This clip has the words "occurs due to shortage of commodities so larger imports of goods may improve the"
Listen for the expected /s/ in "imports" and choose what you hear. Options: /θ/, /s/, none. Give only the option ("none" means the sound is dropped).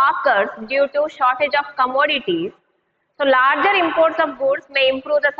/s/